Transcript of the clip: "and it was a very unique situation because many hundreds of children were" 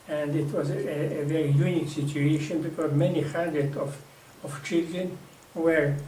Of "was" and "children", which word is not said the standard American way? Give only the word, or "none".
none